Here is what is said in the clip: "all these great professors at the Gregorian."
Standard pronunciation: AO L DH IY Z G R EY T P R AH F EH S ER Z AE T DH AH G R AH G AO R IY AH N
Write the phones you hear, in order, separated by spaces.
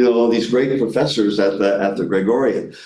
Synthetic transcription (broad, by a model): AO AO DH IY Z G R EY T P R AH F EH S ER Z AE T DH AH G R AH G AO R IY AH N